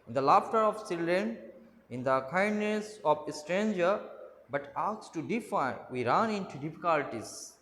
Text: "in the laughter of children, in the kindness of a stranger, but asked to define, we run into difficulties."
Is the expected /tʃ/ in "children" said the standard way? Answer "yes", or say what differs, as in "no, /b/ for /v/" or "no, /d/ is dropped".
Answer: no, /s/ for /tʃ/